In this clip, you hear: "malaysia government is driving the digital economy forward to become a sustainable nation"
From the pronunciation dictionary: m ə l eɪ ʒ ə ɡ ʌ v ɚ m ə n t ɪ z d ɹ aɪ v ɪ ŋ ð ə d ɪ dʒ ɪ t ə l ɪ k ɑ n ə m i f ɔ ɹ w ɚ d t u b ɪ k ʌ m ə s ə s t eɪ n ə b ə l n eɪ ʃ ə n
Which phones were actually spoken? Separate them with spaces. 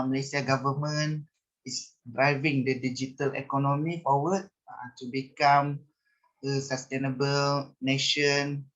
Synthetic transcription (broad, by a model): m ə l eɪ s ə ɡ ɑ v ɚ m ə n ɪ s d ɹ aɪ v ɪ ŋ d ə d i dʒ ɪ t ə l ɪ k ɑ n ə m i f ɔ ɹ w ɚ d t u b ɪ k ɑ m ə s ə s t eɪ n ə b ə l n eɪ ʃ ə n